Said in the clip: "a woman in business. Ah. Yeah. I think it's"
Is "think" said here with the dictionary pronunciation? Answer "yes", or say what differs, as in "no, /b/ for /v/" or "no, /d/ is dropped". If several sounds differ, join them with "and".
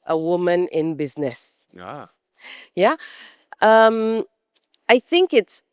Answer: yes